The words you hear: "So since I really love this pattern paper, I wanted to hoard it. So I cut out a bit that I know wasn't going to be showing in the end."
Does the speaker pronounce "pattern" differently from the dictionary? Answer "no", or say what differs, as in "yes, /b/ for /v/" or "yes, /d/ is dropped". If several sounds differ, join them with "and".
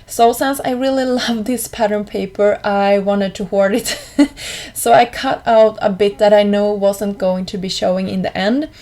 no